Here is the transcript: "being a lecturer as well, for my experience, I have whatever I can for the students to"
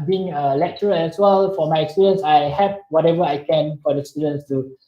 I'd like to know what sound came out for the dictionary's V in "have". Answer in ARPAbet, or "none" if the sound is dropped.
P